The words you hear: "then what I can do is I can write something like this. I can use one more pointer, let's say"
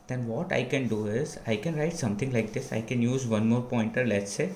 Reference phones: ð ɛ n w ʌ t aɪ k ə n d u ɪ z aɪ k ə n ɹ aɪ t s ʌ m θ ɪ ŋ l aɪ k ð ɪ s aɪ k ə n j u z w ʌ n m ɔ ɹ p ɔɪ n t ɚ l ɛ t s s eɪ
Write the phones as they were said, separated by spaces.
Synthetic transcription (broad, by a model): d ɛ n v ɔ t aɪ k ə n d u ɪ z aɪ k ə n ɹ aɪ t s ʌ m t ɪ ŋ l aɪ k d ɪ s aɪ k ə n j u z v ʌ n m ɔ ɹ p ɔɪ n t ɚ l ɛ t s s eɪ